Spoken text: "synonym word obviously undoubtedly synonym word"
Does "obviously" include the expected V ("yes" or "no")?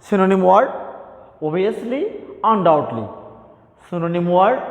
no